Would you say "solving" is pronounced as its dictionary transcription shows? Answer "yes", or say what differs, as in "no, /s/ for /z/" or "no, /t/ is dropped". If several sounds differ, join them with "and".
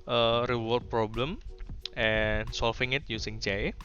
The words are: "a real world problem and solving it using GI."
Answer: no, /f/ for /v/